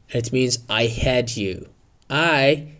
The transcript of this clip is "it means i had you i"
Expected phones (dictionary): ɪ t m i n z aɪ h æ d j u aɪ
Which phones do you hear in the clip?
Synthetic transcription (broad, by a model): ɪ t m i n z aɪ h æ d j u aɪ